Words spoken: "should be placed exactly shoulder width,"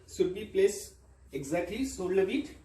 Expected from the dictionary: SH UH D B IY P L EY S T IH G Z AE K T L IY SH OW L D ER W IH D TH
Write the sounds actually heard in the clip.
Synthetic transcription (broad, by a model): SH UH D B IY P L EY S IH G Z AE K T L IY S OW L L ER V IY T